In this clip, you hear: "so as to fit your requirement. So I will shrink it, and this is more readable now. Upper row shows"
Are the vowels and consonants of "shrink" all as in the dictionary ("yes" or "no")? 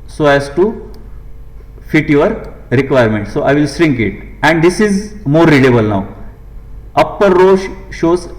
no